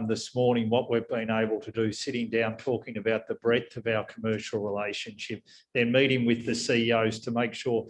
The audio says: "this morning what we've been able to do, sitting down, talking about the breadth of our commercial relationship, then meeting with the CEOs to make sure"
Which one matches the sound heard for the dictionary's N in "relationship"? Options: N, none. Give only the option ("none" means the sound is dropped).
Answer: N